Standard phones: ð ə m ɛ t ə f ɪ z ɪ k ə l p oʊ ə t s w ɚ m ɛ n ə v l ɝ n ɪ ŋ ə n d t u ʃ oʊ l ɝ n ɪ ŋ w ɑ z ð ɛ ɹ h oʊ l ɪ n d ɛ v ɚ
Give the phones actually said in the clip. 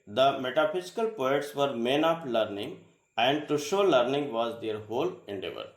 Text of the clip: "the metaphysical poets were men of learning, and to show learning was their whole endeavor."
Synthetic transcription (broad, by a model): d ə m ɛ t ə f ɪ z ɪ k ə l p oʊ ə t s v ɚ m ɛ n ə p l ɝ n ɪ ŋ ə n d t u ʃ oʊ l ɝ n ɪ ŋ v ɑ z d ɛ ɹ h oʊ l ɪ n d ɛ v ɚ